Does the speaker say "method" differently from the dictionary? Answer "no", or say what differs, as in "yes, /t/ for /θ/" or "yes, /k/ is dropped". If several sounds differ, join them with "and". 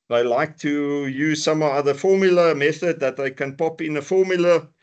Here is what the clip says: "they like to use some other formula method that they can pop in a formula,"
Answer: no